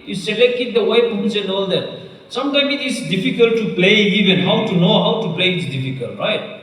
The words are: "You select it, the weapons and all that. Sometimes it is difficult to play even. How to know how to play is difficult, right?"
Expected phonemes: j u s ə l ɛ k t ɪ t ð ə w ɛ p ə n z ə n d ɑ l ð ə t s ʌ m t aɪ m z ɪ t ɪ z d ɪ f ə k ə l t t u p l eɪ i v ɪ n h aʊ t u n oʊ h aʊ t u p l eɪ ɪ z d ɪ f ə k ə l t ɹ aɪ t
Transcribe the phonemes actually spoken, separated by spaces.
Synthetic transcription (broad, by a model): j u s ə l ɛ k t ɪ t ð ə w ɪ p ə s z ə n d ɑ l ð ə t s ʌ m t aɪ m ɪ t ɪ s d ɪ f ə k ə l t t u p l eɪ i v ɪ n h aʊ t u n oʊ h aʊ t u p l eɪ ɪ s d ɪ f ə k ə l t ɹ aɪ t